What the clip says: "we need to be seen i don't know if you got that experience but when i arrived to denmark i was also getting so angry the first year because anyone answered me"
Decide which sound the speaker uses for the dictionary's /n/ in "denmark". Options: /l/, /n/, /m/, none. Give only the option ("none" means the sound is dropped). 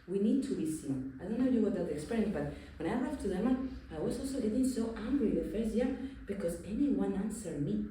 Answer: none